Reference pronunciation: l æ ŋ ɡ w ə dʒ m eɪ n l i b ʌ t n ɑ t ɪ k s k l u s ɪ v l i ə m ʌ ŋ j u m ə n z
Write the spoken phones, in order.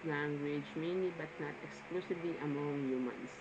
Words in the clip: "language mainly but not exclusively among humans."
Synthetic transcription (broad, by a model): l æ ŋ ɡ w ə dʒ m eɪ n i b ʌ t n ɑ t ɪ k s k l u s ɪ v l i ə m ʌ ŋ j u m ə n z